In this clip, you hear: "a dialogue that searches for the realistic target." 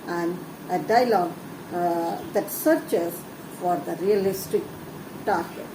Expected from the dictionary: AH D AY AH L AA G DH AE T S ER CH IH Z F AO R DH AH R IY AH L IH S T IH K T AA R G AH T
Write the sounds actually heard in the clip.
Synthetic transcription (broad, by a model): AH D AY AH L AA G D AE T S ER CH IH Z F AO R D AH R IY AH L IH S T IH K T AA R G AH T